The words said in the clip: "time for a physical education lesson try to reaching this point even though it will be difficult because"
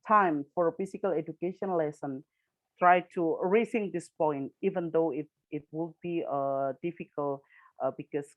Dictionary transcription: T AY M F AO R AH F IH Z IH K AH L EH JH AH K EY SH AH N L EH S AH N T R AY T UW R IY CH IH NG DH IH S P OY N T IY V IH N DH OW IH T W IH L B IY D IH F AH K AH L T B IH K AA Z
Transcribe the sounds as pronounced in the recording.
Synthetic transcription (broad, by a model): T AY M F AO R AH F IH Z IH K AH L EH JH AH K EY SH AH N L EH S AH N T R AY T UW R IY S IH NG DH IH S P OY N T IY V IH N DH OW IH T W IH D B IY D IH F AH K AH L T B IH K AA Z